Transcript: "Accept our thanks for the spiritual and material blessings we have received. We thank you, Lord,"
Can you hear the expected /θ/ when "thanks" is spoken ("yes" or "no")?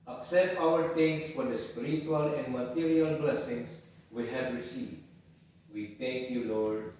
no